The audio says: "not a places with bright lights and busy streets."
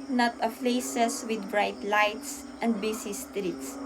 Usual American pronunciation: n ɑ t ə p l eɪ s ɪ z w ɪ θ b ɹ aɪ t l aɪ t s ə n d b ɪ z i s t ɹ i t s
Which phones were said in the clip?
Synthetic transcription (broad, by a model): n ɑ t ə f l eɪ s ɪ s w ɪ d b ɹ aɪ t l aɪ t s ə n d b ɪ s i s t ɹ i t s